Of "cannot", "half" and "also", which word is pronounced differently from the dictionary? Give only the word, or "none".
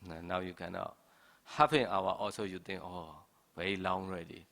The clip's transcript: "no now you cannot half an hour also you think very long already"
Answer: half